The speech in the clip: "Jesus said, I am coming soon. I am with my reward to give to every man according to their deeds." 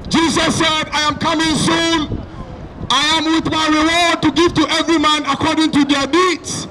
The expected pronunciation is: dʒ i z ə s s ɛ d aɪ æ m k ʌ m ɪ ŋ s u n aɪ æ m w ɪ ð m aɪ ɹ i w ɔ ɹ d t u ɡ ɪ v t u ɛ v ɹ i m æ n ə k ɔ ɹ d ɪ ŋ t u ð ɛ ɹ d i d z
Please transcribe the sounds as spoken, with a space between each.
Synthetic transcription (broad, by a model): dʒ i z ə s s ɛ d aɪ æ m k ʌ m ɪ ŋ s u n aɪ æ m w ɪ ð m aɪ ɹ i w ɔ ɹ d t u ɡ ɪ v t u ɛ v ɹ i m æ n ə k ɔ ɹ d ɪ ŋ t u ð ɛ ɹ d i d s